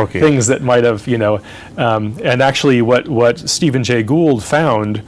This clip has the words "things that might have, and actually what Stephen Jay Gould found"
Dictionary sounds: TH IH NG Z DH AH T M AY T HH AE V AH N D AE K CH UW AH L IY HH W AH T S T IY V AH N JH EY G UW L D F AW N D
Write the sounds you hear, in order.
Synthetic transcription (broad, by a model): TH IH NG Z DH AH T M AY T HH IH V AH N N AE K CH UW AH W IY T W AH T S T IY V AH N JH EY G UW L D F AW N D